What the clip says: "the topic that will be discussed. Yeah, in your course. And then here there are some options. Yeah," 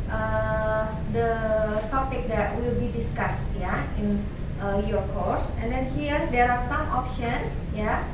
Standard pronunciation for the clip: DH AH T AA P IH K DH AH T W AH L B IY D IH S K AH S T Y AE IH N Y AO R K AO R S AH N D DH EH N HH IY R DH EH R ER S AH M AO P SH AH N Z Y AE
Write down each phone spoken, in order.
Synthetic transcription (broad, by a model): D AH T AA P IH K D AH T W AH L B IY D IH S K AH S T Y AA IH N Y AO R K AO R S AH N D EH N HH IY R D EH R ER S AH M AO P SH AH N Y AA